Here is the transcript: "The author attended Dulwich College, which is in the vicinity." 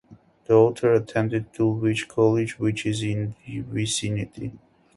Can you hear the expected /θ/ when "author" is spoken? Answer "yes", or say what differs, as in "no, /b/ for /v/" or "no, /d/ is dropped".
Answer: no, /t/ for /θ/